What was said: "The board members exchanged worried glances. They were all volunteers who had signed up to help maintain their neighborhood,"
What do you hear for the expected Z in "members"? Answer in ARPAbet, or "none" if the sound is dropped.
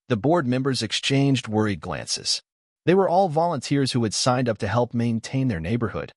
Z